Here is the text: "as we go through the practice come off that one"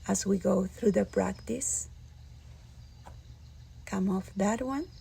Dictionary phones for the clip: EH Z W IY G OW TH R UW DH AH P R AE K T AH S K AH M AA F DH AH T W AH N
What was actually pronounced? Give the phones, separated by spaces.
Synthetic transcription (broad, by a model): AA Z W IY G OW TH R UW DH AH P R AE K T AH S K AH M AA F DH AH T W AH N